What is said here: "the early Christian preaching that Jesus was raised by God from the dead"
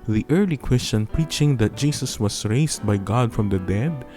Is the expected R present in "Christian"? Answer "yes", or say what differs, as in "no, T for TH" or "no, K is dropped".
no, W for R